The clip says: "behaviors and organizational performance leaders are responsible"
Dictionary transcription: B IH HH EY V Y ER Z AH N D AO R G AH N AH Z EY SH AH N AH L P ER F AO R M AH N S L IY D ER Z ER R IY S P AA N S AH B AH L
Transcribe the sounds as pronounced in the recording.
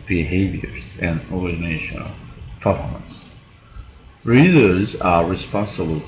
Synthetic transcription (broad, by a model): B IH HH EY V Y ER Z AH N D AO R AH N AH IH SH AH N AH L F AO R AH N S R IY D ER Z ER R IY S P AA N S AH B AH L